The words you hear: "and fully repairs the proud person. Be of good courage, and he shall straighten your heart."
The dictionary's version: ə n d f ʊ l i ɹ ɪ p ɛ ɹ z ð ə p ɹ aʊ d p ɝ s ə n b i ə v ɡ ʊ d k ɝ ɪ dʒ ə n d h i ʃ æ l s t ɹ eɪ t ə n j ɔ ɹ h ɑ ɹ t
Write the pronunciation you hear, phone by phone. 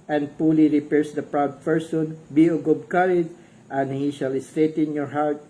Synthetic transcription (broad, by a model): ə n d p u l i ɹ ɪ p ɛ ɹ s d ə p ɹ aʊ d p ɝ s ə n b i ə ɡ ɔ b k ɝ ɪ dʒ ə n d h i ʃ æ l s t ɹ eɪ t ə n j ɔ ɹ h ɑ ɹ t